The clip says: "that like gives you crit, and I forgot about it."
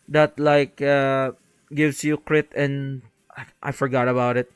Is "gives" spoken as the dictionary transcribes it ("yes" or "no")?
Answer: no